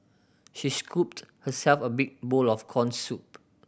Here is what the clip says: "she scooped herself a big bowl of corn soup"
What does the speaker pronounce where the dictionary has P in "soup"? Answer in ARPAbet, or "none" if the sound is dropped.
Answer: P